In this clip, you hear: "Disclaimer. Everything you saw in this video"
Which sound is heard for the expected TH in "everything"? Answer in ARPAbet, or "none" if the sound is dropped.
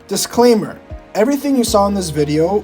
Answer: TH